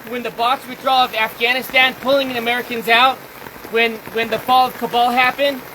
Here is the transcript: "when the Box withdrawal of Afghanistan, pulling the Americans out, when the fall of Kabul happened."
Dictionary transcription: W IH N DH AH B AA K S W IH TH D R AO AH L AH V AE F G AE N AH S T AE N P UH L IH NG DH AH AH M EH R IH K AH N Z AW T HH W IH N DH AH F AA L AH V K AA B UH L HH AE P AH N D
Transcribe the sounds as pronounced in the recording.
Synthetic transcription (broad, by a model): W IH N DH AH B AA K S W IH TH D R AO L AH V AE F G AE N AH S T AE N P UH L IH NG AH AH M EH R IH K AH N Z AW T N W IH N DH AH F AA L AH V K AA B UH L HH AE P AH N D